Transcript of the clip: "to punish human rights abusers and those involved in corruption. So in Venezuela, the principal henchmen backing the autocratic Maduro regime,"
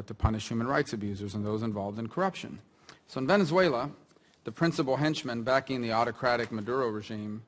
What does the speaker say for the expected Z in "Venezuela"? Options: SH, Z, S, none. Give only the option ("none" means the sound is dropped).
Z